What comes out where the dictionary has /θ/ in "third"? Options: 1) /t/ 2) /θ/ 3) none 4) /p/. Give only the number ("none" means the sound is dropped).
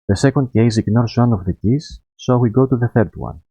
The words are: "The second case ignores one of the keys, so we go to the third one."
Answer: 2